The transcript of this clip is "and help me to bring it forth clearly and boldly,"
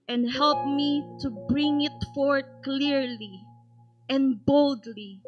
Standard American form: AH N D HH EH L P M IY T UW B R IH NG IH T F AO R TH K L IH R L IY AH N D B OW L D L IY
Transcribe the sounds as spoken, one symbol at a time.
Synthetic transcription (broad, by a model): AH N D HH EH L P M IY T UW B R IH NG IH T F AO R T K L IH R L IY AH N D B OW L D L IY